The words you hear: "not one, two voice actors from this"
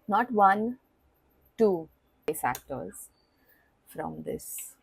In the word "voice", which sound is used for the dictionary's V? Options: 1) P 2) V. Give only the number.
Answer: 1